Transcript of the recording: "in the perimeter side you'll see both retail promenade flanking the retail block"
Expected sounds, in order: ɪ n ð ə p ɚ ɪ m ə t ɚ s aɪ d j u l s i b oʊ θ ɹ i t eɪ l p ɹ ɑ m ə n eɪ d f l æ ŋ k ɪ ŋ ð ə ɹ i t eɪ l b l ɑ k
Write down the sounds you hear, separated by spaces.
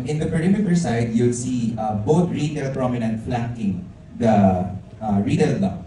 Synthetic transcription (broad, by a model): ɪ n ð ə p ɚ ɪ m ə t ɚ s aɪ d j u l s i b oʊ t ɹ i t eɪ l p ɹ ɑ m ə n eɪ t f l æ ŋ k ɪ ŋ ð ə ɹ i t eɪ l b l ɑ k